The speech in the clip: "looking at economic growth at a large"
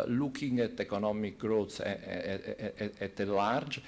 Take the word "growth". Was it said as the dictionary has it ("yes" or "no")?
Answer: no